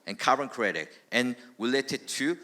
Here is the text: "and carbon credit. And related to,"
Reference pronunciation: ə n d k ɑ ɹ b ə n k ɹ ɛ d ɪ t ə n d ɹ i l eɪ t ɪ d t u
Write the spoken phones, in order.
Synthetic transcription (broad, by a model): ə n k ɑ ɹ ə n k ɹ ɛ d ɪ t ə n ɹ i l eɪ t ɪ d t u